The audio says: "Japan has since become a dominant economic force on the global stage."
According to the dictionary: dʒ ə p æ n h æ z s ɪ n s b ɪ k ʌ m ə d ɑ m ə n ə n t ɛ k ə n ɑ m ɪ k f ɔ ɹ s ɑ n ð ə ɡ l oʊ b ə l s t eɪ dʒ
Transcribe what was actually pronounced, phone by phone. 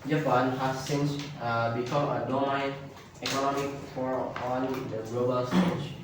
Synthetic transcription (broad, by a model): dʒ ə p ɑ n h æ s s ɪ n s b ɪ k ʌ m ə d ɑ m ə ə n ɛ k ə n ɑ m ɪ k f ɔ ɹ ɑ n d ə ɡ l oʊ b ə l s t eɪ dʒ